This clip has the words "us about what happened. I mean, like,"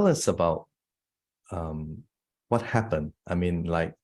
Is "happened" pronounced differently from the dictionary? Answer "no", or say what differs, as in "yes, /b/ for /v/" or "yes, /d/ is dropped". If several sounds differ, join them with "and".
no